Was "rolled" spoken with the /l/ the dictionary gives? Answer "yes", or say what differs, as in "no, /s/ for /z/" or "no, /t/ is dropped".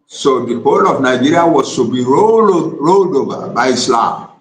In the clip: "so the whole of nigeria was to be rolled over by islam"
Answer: yes